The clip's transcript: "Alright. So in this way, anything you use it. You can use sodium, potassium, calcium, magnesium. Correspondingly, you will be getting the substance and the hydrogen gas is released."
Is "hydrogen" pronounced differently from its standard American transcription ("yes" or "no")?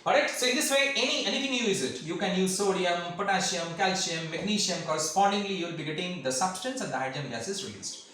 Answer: yes